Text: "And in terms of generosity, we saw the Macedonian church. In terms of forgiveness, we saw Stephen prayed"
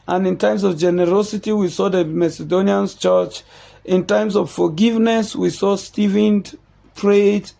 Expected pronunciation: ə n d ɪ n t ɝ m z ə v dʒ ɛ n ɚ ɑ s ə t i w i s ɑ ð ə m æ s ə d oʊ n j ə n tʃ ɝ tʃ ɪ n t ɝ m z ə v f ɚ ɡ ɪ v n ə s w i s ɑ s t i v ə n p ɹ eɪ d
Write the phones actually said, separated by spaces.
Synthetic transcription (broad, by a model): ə n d ɪ n t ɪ m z ə v dʒ ɛ n ɚ ɑ s ə t i w i s ɑ ð ə m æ s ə d oʊ n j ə n tʃ ɝ tʃ ɪ n t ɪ m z ə v f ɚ ɡ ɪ v n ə s w i s ɑ s t i v ə n p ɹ eɪ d